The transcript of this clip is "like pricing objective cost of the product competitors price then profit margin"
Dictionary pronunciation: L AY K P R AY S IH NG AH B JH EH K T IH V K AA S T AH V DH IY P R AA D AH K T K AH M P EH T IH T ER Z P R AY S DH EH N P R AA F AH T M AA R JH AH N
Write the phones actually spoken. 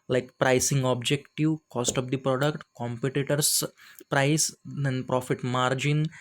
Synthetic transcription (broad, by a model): L AY K P R AY S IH NG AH B JH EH K T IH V K AA S T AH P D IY P R AA D AH K T K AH M P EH T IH T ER S P R AY S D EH N P R AA F AH T M AA R JH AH N